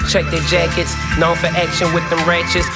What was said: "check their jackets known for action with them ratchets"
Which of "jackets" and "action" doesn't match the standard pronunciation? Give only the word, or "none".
none